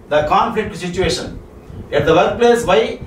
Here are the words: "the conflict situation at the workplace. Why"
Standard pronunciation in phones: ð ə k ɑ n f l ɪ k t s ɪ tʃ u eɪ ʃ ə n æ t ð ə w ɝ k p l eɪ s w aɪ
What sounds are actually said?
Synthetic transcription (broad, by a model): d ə k ɑ n f l ɪ k t s ɪ tʃ u eɪ ʃ ə n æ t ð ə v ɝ k p l eɪ s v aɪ